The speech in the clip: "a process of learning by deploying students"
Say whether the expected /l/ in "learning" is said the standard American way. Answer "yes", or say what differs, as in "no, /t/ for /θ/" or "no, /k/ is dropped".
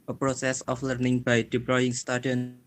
yes